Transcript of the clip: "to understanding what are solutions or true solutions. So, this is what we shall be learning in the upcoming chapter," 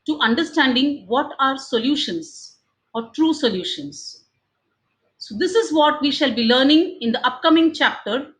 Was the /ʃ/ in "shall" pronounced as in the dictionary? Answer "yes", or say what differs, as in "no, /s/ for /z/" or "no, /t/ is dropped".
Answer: yes